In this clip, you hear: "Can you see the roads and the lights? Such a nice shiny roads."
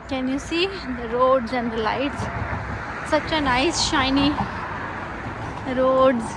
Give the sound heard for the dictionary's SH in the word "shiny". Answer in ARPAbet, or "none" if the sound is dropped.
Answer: SH